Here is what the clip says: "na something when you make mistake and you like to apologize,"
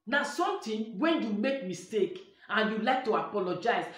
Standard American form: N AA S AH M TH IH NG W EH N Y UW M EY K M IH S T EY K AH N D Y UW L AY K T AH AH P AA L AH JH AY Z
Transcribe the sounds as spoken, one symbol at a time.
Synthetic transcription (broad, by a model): N AA S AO M T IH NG W EH N Y UW M EY K M IH S T EY K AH N Y UW L AY K T AH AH P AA L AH JH AY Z